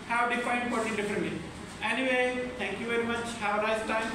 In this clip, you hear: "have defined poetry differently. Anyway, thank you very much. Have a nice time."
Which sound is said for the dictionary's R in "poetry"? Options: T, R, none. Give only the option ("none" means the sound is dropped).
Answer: none